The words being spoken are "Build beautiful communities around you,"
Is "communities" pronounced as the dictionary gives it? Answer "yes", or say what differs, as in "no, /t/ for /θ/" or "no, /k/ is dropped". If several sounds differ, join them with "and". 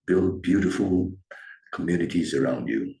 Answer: yes